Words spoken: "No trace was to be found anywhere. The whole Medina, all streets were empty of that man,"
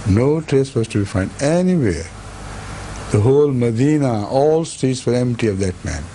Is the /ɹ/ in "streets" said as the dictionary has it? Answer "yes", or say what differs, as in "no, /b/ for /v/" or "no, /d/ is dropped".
no, /ɹ/ is dropped